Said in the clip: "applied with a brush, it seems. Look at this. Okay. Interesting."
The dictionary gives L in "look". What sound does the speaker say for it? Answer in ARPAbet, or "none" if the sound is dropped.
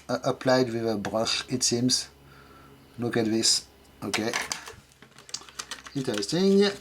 N